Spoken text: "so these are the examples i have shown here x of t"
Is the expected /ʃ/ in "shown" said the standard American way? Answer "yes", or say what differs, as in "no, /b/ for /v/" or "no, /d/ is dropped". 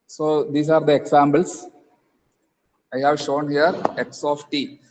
yes